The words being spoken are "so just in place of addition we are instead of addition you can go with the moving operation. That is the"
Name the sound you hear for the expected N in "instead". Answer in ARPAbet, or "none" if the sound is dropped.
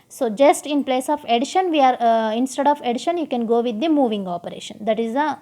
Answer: N